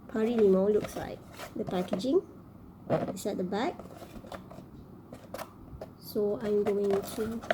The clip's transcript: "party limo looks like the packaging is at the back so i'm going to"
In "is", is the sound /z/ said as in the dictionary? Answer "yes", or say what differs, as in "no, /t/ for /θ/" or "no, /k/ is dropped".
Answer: no, /s/ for /z/